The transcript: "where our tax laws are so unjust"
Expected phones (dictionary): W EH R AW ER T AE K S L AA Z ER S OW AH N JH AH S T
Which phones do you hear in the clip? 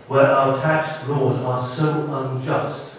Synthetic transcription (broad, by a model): W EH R AW ER T AE K S L AA Z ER S OW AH N JH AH S T